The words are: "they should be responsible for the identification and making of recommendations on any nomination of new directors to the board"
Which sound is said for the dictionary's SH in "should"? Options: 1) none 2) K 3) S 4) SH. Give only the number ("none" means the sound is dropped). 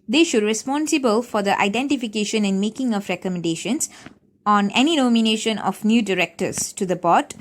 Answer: 4